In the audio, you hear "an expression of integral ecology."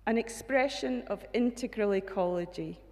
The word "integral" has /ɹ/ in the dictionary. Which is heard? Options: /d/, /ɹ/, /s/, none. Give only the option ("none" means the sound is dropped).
/ɹ/